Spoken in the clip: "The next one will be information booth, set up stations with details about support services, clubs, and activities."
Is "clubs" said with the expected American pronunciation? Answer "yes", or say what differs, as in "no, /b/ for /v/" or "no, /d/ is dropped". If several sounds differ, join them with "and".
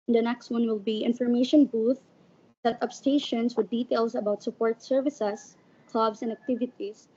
no, /s/ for /z/